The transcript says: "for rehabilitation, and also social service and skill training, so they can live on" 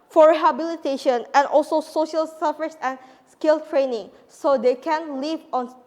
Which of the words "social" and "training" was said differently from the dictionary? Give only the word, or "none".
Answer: none